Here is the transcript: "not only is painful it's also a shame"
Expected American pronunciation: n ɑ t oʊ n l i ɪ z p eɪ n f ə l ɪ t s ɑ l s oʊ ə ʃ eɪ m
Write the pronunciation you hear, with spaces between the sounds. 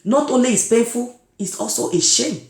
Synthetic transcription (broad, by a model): n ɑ t oʊ n l i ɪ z p eɪ n f ə l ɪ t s ɑ l s oʊ ə ʃ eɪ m